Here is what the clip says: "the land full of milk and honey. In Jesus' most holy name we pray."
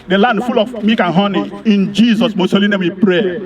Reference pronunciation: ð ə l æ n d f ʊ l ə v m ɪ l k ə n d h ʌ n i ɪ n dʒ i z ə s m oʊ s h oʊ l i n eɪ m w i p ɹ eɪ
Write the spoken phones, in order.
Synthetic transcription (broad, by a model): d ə l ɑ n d f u l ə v m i k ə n h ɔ n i ɪ n dʒ i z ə s m oʊ s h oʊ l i n eɪ m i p ɹ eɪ